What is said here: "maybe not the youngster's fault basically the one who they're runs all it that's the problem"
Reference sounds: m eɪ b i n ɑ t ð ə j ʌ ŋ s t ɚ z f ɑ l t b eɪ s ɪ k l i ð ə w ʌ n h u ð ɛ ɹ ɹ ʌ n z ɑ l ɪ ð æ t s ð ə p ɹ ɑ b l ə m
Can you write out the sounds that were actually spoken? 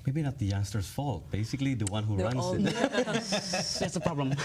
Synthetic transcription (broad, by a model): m eɪ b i n ɑ t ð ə j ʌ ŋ s t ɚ s f ɑ l t b eɪ s ɪ k l i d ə w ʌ n h u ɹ ɹ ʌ n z ɪ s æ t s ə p ɹ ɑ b l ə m